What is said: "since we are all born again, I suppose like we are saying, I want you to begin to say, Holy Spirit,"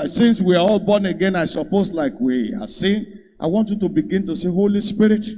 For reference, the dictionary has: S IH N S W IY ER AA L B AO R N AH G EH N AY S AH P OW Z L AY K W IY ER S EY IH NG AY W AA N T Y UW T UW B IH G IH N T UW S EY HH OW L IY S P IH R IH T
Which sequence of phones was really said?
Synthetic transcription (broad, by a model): S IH N S W IY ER AA L B AO N AH G EH N AY S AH P OW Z L AY K W IY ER S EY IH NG AY W AA N T Y UW T UW B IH G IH N T UW S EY HH OW L IY S P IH R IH T